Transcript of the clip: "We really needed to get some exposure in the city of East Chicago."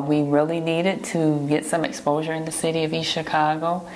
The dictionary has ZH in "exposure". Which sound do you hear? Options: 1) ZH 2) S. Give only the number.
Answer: 1